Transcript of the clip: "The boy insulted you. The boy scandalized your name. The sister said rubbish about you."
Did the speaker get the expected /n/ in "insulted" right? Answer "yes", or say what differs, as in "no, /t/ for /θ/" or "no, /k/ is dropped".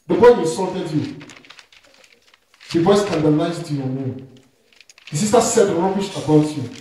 no, /n/ is dropped